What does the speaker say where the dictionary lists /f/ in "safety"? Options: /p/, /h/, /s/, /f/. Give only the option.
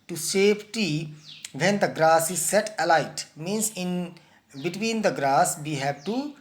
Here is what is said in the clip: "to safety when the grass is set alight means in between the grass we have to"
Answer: /p/